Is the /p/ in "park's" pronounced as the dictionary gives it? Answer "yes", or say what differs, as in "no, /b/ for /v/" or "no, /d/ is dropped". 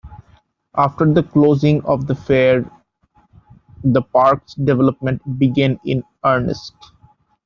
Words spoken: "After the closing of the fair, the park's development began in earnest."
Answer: yes